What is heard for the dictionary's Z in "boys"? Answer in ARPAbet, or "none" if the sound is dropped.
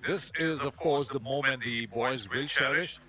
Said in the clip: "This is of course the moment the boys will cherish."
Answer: Z